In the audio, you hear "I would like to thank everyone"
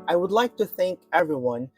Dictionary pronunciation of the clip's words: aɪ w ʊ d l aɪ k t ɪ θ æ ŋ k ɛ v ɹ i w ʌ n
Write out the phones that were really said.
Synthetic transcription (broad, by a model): aɪ w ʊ d l aɪ k t ɪ θ æ ŋ k ɛ v ɹ i w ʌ n